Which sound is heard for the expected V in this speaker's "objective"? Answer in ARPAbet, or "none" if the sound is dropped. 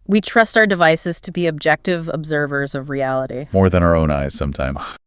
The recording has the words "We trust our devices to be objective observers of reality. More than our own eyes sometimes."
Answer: V